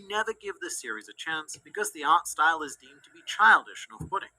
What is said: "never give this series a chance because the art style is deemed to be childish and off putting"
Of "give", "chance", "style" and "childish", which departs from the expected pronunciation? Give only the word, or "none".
none